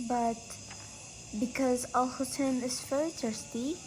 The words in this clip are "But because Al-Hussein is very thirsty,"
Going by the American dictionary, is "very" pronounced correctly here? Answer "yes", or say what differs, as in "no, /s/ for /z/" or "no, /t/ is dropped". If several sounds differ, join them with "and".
no, /f/ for /v/